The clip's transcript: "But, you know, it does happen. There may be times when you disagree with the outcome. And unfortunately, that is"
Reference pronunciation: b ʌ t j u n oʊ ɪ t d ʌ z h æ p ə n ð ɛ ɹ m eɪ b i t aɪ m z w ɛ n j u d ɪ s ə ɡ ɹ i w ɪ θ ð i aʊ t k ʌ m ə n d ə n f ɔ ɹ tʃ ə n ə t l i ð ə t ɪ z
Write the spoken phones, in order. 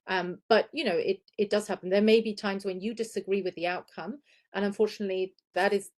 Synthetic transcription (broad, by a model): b ʌ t j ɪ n oʊ ɪ t d ʌ z h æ p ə n ð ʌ ɹ m eɪ b i t aɪ m z w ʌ n j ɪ d ɪ s ə ɡ ɹ i w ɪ ð i aʊ t k ʌ m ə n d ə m f ɔ ɹ tʃ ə n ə t l i ð ə t ɪ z